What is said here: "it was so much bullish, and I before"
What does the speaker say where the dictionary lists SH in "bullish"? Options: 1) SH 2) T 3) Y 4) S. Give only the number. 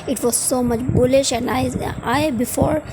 1